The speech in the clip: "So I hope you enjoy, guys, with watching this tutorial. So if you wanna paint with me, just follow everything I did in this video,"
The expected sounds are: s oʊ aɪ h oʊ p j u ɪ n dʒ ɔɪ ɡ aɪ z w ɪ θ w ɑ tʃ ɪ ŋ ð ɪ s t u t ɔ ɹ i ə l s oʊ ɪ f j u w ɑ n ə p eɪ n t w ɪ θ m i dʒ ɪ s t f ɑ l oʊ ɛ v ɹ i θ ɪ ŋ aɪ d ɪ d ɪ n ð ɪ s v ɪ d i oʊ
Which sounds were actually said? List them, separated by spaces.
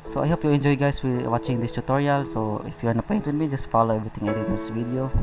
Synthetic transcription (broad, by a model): s oʊ aɪ h oʊ p j u ɪ n dʒ ɔɪ ɡ aɪ s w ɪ w ɑ tʃ ɪ ŋ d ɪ s t u t ɔ ɹ i ə l s oʊ ɪ f j u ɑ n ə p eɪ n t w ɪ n m i dʒ ɪ s t f ɑ l oʊ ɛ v ɹ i t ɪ ŋ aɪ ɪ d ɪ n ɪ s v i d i oʊ